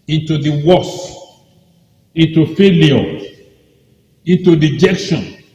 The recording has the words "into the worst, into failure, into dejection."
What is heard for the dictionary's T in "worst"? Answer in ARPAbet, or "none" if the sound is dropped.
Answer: none